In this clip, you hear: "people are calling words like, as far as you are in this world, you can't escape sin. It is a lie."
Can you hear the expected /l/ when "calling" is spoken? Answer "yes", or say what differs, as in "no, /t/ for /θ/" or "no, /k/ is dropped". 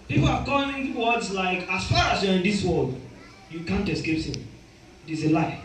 no, /l/ is dropped